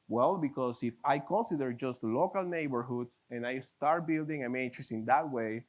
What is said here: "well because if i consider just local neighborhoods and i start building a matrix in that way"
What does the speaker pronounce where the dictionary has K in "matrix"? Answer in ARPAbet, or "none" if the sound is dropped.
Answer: none